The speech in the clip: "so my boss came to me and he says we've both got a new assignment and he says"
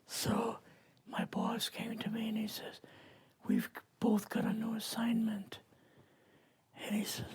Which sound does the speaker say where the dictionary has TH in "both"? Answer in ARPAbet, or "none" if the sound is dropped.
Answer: TH